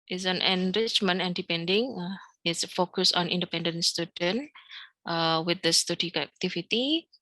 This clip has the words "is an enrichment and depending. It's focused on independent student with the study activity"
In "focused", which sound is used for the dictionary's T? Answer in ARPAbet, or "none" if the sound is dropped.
none